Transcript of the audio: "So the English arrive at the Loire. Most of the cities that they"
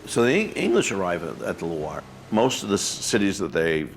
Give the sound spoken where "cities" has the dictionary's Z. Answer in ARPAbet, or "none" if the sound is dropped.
Z